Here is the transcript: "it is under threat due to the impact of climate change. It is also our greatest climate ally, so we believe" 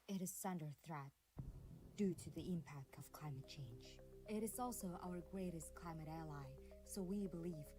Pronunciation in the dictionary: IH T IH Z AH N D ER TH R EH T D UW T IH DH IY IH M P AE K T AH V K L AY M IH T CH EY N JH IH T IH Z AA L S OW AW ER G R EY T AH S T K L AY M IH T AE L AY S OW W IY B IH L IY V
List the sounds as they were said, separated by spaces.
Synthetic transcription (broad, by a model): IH T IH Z AH N D ER TH R EH T D UW T IH DH IY IH M P AE K T AH V K L AY M IH T CH EY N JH IH T IH Z AA L S OW AW ER G R EY T AH S T K L AY M IH T AE L AY S OW W IY B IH L IY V